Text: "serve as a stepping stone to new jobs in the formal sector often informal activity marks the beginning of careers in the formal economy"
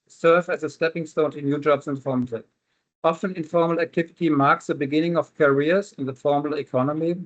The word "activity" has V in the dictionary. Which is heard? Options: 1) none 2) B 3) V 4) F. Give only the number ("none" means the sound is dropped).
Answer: 3